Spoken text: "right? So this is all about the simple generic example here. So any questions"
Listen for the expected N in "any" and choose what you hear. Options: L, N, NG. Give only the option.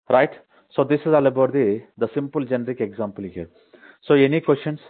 N